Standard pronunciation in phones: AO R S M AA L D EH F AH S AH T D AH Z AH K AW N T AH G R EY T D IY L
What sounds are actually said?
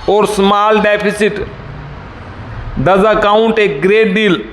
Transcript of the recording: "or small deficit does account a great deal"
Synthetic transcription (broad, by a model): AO R S M AA L D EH P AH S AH T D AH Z AH K AW N T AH G R EY T D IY L